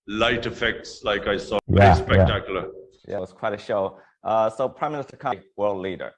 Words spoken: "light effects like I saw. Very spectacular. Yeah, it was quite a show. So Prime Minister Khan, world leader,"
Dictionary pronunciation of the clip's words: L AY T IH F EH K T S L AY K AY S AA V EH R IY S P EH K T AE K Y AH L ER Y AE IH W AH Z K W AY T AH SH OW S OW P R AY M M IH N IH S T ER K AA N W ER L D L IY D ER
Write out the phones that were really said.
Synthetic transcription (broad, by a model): L AY T IH F EH K T S L AY K AY S AA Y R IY S P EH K T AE K Y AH L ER Y AE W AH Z K W AY T AH SH OW S OW P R AY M M IH N IH S T ER K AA W ER L D L IY D ER